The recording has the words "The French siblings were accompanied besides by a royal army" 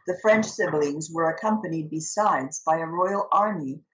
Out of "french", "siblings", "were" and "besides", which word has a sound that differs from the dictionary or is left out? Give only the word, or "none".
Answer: none